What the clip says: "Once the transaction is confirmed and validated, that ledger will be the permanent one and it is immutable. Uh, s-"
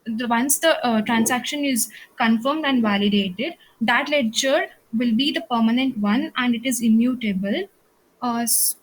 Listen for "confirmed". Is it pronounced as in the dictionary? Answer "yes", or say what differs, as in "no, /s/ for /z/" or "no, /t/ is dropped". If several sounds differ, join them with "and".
yes